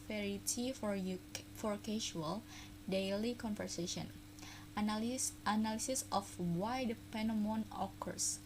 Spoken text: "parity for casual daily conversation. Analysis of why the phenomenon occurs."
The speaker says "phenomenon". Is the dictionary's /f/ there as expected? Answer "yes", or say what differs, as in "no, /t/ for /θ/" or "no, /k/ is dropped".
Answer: no, /p/ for /f/